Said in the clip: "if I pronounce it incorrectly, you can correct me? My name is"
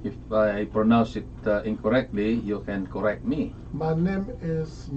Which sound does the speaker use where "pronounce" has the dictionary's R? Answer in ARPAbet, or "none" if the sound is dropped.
R